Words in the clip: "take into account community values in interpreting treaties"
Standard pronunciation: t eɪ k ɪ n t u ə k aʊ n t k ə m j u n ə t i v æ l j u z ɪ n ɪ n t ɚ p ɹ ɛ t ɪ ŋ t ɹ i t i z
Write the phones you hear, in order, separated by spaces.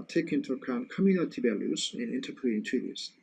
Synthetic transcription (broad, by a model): t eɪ k ɪ n t u ə k aʊ n t k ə m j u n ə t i b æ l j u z ɪ n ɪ n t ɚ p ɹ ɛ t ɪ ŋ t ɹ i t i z